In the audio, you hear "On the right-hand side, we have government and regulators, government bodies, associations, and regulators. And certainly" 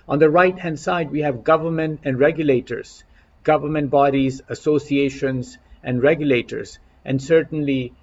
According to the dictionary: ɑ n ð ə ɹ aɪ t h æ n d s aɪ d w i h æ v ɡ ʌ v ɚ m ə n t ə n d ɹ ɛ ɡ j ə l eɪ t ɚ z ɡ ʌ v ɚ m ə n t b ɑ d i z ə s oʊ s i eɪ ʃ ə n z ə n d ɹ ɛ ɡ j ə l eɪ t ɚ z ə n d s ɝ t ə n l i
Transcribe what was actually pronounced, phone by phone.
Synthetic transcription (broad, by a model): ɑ n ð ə ɹ aɪ t h æ n d s aɪ d w i h æ v ɡ ʌ v ɚ m ə n t ə n d ɹ ɛ ɡ j ə l eɪ t ɚ z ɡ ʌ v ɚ m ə n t b ɑ d i z ə s oʊ s i eɪ ʃ ə n z ə n d ɹ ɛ ɡ j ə l eɪ t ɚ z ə n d s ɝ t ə n l i